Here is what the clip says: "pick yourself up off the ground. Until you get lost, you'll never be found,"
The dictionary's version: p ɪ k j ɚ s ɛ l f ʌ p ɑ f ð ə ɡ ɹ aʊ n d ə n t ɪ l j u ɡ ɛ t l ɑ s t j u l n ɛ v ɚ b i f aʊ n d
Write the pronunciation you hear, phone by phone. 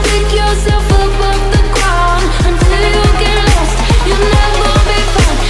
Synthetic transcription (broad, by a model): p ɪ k j ɚ s ɛ l f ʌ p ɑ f ð ə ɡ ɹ aʊ n ə n t ɪ l j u ɡ ɛ t l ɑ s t j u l n ɛ v ɚ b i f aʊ